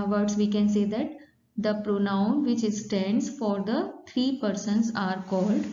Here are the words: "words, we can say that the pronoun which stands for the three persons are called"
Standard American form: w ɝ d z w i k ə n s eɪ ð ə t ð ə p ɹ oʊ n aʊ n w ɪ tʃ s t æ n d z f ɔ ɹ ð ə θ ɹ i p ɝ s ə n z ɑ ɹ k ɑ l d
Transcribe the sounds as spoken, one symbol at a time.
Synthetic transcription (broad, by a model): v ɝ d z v i k ə n s eɪ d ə t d ə p ɹ oʊ n aʊ n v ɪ tʃ s t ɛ n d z f ɔ ɹ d ə t ɹ i p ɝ s ə n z ɑ ɹ k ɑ l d